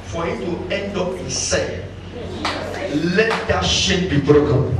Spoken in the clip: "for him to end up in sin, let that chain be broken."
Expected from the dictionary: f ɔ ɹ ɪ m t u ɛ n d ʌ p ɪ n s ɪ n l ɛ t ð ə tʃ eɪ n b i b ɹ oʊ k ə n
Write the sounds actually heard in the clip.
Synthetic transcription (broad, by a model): f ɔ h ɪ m t u ɛ n d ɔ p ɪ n s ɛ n l ɛ t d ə ʃ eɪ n b i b ɹ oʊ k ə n